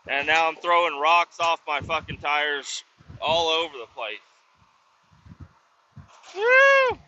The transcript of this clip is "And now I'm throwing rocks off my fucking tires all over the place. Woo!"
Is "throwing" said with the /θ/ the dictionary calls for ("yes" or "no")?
yes